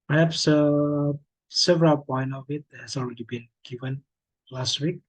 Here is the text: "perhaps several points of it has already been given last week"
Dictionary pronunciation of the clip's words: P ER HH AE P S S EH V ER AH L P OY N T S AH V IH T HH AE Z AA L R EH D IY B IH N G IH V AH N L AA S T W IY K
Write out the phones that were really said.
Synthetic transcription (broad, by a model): P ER HH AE P S S EH V ER AH L P OY N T AH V IH T HH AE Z AA L R EH D IY B IH N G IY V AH N L AA S T W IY K